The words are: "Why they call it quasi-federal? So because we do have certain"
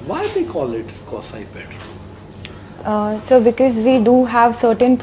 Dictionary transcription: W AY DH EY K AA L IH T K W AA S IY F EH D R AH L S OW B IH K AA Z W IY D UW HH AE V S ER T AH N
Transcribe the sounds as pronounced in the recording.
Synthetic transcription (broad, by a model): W AY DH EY K AA L IH T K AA S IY P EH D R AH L S OW B IH K AA Z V IY D UW HH AE V S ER T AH N